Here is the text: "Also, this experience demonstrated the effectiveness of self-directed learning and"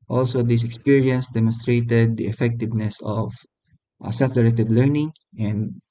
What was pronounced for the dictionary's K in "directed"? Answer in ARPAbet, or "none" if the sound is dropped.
none